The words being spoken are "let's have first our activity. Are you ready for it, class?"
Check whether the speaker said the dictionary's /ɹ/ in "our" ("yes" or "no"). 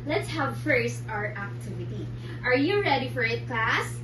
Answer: yes